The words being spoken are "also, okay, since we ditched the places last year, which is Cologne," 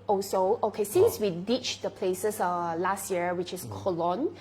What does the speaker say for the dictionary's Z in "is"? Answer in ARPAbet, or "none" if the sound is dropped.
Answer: S